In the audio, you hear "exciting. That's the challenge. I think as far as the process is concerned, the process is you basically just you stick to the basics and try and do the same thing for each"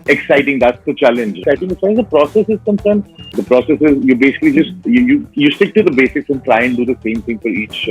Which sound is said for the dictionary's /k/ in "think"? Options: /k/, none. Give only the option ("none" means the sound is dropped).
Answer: none